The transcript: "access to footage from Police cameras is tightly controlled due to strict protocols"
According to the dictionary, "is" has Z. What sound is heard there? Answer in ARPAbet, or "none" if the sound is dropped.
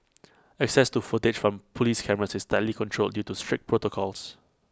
S